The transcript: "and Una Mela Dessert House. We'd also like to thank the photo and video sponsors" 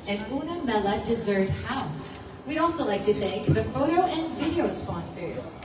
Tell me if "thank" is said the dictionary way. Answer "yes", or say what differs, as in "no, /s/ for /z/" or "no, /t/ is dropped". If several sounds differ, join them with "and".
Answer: yes